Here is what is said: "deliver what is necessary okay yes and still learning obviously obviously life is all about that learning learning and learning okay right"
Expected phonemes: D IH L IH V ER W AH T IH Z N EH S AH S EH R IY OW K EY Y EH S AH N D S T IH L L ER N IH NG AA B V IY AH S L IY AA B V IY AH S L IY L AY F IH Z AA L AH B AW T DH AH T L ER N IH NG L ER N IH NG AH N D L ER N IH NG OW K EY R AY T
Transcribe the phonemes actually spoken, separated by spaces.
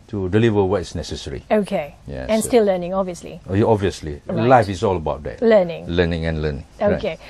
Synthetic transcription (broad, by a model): D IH L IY V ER W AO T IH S N EH S AH S EH R IY OW K EY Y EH AH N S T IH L L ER N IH NG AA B V IY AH S L IY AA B V IY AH S L IY L AY F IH S AA L AH B AW T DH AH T L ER N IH NG L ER N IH NG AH N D L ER N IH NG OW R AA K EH